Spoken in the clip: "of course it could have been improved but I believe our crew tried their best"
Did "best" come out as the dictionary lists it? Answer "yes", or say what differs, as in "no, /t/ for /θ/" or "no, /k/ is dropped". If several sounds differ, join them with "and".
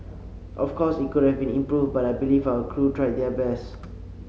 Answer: no, /t/ is dropped